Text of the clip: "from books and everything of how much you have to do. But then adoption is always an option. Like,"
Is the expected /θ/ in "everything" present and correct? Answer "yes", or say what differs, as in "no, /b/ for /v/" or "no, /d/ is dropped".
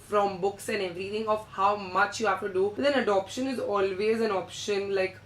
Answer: no, /t/ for /θ/